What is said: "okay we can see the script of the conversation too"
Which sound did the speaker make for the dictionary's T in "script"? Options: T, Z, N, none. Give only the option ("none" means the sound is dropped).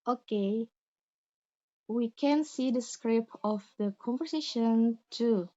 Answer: none